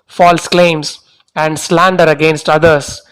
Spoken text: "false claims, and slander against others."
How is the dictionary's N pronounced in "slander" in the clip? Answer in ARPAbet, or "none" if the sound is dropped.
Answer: N